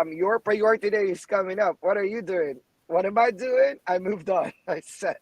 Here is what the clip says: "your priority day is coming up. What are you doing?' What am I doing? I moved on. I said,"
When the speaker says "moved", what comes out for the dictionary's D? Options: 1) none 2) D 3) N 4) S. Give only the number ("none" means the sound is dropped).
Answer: 2